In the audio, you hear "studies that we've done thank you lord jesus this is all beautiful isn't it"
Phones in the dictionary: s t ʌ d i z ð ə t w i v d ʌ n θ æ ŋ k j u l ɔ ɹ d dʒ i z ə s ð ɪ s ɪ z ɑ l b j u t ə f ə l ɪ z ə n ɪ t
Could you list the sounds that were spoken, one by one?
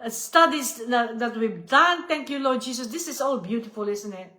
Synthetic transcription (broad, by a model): s t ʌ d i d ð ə t w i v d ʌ n t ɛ ŋ k j u l ɔ ɹ d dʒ i s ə s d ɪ s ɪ s ɑ l b j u t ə f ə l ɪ s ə n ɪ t